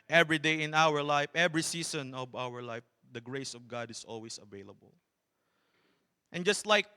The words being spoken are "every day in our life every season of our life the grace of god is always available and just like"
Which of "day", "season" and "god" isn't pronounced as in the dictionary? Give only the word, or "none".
season